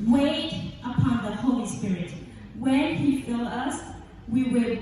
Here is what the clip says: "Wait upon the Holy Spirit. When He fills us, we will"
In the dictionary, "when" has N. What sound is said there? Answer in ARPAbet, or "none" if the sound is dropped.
N